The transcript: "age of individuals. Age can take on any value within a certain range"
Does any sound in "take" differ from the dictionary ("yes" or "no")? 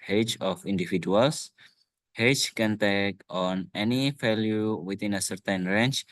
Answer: no